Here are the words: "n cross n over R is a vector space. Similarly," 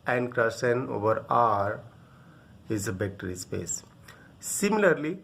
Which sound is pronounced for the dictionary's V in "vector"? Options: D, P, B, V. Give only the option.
B